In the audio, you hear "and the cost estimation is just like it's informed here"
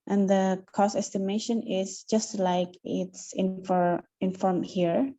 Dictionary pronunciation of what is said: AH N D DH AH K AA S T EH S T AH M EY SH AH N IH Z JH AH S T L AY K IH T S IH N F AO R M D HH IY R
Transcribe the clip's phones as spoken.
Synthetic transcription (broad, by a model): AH N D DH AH K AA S EH S T AH M EY SH AH N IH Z JH AH S T L AY K IH T S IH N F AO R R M HH IY R